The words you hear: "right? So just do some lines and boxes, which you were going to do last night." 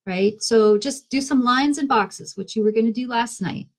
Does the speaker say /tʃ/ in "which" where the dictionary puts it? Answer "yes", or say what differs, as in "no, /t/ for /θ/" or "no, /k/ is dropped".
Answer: yes